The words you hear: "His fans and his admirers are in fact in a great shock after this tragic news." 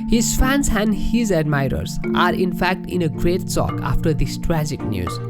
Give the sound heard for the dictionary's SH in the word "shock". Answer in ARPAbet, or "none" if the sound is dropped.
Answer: S